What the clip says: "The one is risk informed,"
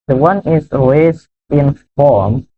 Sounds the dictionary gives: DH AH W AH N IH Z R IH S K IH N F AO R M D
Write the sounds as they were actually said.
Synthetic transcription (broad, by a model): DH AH W AH N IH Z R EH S IH N F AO R M